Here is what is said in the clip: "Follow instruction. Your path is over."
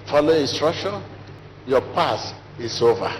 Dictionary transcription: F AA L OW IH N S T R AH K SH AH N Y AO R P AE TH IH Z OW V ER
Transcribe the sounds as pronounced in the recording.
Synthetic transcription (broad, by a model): F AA L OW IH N S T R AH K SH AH N Y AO P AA S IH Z OW V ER